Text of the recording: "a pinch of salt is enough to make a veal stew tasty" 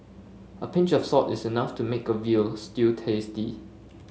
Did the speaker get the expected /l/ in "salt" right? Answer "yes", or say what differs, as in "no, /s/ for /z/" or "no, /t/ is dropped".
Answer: no, /l/ is dropped